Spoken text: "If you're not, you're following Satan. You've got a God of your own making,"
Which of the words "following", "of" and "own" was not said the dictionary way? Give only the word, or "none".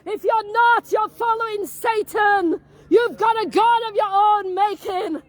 none